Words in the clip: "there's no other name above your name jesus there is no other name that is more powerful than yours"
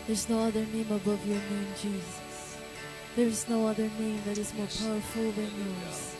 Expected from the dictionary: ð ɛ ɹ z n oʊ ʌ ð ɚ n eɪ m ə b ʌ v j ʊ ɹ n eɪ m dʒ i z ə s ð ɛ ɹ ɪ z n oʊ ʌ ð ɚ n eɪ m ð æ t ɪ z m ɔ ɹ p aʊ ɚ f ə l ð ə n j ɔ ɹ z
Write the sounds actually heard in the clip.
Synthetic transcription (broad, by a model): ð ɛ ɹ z n oʊ ʌ ð ɚ n eɪ m ə b ʌ v j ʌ ɹ n eɪ m dʒ i z ə s ð ɛ ɹ ɪ z n oʊ ʌ ð ɚ n eɪ m ð æ t ɪ z m ɔ ɹ p aʊ ɚ f ə l ð ə n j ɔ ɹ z